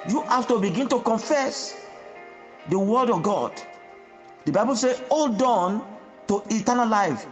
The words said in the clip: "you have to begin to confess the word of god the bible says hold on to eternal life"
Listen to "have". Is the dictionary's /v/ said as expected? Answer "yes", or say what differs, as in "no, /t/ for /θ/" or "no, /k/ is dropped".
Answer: no, /f/ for /v/